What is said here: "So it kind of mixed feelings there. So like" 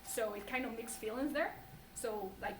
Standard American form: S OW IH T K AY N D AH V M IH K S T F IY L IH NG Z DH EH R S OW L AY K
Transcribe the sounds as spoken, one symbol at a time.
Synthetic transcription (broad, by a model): S OW IH T K AY N D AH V M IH K S F IY L IH NG Z DH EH R S OW L AY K